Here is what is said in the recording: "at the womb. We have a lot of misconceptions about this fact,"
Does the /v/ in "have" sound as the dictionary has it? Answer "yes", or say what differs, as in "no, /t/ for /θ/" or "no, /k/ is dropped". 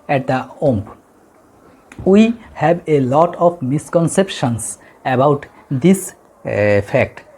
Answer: no, /b/ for /v/